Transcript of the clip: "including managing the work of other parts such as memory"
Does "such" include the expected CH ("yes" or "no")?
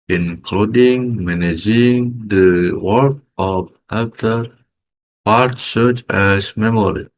yes